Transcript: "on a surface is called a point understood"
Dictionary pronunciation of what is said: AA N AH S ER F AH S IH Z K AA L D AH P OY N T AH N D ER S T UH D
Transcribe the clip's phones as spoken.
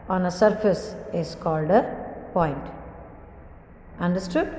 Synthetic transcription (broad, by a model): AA N AH S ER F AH S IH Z K AA L D AH P OY N T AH N D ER S T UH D